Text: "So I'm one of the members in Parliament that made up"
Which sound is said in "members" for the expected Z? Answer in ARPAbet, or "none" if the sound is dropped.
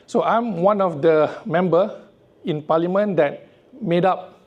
none